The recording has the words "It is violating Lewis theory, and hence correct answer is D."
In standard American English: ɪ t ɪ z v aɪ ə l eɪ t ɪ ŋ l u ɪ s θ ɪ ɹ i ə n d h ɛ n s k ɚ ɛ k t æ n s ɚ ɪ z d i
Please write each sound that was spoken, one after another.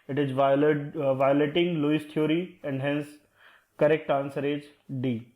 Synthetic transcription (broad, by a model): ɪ t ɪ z v aɪ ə l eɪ t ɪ ŋ l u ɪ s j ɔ ɹ i ə n d h ɛ n s k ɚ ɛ k t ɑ n s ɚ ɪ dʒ d i